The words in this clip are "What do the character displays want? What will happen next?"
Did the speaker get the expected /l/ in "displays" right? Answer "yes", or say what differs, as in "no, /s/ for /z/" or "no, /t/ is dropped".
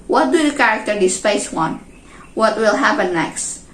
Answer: no, /l/ is dropped